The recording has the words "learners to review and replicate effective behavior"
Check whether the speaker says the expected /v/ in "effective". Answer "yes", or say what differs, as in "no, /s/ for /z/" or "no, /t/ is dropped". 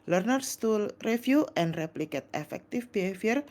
no, /f/ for /v/